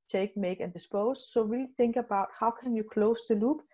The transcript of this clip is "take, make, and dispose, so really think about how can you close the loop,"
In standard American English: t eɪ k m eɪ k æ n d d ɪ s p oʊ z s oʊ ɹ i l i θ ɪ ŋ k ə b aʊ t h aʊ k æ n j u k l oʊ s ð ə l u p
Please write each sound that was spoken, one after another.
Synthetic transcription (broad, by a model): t eɪ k m eɪ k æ n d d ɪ s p oʊ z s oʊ w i l θ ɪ ŋ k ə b aʊ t h aʊ k æ n j u k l oʊ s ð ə l u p